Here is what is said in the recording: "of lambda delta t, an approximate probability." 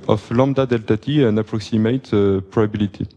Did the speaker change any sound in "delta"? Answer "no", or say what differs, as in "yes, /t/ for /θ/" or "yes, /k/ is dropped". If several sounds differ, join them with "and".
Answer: no